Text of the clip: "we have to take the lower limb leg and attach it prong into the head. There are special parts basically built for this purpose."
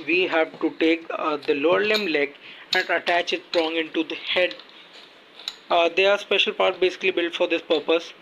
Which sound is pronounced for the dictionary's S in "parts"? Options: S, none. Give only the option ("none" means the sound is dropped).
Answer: none